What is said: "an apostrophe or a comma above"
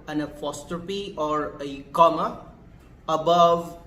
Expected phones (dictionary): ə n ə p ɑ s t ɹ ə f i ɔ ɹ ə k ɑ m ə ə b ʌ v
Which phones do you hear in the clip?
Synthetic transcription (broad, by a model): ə n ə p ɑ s t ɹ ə p i ɔ ɹ ə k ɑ m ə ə b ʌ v